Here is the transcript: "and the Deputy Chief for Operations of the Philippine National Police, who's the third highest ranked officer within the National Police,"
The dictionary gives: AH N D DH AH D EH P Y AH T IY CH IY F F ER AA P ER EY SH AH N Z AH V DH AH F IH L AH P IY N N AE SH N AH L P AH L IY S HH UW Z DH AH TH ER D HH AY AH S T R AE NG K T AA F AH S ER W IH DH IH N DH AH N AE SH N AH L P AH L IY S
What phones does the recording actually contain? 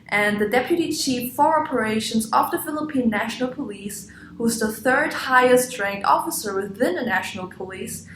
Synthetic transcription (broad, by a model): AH N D DH AH D EH P Y AH T IY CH IY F F ER AA P ER EY SH AH N Z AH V DH AH F IH L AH P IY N N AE SH N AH L P AH L IY S HH UW Z DH AH TH ER D HH AY AH S T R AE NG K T AA F AH S ER W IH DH IH N DH AH N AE SH N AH L P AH L IY S